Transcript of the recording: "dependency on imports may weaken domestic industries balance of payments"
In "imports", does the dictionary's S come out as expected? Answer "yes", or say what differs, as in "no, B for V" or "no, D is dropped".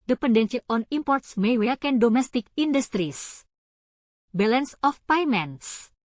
yes